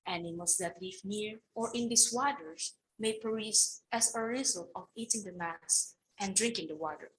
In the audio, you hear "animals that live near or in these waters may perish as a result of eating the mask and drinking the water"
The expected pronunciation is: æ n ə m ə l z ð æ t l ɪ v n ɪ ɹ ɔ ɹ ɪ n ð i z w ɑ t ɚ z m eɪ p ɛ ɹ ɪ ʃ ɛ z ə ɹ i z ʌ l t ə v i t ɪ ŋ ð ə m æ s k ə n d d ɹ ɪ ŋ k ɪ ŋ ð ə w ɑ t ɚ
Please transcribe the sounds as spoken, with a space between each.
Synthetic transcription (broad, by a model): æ n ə m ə l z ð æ t l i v n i ɹ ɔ ɹ ɪ n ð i s w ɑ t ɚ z m eɪ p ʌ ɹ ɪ s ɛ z ə ɹ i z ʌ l ə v i t ɪ ŋ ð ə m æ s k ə n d d ɹ ɪ ŋ k ɪ ŋ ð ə w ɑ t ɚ